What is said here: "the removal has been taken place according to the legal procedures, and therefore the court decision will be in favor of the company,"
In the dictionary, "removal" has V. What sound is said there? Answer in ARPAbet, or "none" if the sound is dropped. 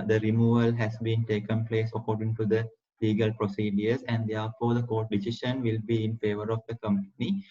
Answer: V